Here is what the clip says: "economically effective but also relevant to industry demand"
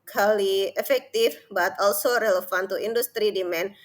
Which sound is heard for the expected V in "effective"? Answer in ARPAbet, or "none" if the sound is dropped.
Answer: F